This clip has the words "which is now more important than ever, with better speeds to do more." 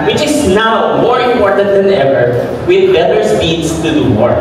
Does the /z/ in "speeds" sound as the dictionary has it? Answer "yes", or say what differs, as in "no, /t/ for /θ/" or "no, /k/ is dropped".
no, /s/ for /z/